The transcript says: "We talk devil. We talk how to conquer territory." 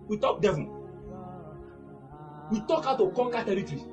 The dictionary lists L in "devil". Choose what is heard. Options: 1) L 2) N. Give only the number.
2